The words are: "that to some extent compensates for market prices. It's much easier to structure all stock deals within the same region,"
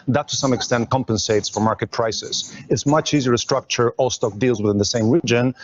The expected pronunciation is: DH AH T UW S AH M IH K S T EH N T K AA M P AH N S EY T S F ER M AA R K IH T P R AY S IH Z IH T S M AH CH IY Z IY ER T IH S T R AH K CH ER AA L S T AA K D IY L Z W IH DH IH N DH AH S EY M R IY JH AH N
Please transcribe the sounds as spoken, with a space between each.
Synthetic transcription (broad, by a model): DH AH T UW S AH M IH K S T EH N T K AA M P AH N S EY T S F ER M AA R K IH T P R AY S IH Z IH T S M AH CH IY Z IY ER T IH S T R AH K CH ER AA L S T AA K D IY L Z W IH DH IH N DH AH S EY M R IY JH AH N